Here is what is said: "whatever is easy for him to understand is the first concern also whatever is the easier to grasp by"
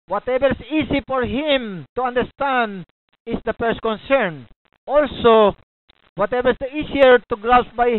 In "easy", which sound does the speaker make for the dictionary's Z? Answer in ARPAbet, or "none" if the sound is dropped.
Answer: S